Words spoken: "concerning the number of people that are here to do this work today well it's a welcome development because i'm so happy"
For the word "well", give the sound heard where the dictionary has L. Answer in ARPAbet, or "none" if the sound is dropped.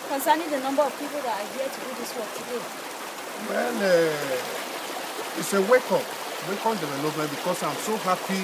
N